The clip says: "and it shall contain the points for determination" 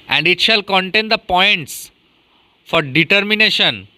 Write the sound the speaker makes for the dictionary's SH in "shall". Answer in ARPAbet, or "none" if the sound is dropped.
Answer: SH